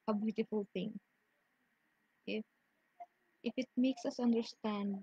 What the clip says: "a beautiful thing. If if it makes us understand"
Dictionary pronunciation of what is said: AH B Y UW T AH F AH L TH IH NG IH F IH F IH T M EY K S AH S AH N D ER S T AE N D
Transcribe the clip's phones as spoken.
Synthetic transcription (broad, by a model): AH B Y UW T AH F AH L T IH NG IH F IH F IH T M EY K S AH S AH N D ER S T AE N D